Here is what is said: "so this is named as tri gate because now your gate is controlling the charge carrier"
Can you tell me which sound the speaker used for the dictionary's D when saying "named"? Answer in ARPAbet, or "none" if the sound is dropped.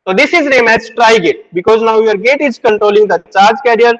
none